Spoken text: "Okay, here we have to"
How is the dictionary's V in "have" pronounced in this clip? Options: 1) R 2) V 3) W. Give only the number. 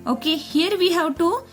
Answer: 3